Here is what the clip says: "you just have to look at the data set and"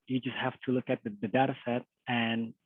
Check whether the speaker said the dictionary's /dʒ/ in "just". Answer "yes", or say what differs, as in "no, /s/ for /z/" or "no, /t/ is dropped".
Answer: yes